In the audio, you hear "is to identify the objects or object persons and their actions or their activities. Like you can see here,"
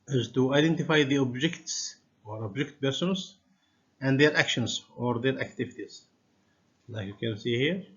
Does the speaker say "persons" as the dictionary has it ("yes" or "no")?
no